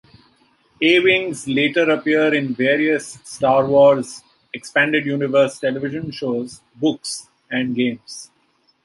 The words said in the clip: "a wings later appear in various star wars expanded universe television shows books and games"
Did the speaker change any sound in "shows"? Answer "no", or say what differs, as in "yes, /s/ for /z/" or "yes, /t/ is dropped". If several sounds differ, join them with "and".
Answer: no